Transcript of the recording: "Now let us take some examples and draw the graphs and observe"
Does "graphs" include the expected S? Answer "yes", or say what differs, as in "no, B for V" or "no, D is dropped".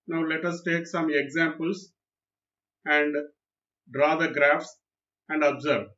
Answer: yes